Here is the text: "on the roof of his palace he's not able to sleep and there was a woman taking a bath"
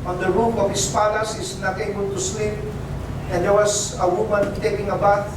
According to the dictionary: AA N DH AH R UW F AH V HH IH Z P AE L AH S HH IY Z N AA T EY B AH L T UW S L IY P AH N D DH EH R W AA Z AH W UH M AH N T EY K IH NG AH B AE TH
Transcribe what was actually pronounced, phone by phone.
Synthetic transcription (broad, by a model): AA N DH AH R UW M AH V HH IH S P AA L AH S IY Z N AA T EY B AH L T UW S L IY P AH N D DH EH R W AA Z AH W UH M AH N T EY K IH NG AH B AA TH